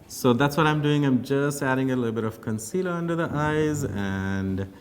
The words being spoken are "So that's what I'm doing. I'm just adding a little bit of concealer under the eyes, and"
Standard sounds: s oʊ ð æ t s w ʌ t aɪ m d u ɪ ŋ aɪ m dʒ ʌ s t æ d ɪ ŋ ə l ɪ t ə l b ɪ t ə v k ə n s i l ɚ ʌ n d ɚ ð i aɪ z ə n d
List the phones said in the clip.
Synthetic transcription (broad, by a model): s oʊ ð æ t s w ʌ t aɪ m d u ɪ ŋ aɪ m dʒ ʌ s t æ d ɪ ŋ ə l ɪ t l b ɪ t ə v k ə n s i l ɚ ʌ n d ɚ ð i aɪ z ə n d